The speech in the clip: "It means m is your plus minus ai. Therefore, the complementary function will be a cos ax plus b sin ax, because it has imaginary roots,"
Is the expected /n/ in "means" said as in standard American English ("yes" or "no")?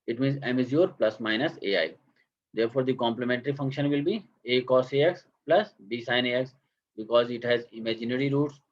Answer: yes